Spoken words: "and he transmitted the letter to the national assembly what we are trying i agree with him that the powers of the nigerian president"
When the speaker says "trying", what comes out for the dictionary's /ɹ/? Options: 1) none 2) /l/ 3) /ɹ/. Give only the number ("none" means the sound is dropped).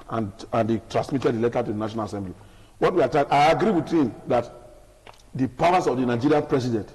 1